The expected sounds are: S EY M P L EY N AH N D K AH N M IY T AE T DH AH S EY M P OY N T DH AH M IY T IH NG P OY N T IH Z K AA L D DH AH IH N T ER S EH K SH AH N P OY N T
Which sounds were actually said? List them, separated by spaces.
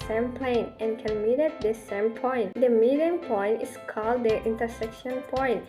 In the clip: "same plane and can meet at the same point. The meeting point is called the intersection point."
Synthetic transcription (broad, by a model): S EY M P L EY N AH N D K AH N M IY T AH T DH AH S EY M P OY N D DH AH M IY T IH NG P OY N T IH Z K AA L D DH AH IH N T ER S EH K SH AH N P OY N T